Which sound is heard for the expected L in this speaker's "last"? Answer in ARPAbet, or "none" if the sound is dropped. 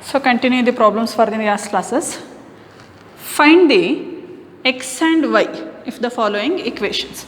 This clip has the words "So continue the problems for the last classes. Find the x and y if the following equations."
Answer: N